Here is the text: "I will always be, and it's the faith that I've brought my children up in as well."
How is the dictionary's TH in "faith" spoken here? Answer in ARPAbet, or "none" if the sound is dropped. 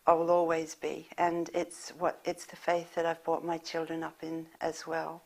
TH